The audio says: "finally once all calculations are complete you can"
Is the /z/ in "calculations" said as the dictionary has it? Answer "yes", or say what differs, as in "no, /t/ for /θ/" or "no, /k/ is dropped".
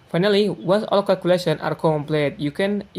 no, /z/ is dropped